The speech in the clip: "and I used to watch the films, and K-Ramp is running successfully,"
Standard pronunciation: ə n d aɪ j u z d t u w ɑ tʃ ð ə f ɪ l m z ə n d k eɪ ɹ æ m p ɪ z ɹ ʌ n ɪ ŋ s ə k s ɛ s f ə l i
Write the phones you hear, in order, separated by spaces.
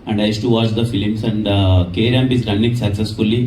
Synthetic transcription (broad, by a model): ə n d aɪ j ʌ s t u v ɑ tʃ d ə f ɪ l m s ə n d k eɪ ɹ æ m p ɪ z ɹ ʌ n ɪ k s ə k s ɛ s f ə l i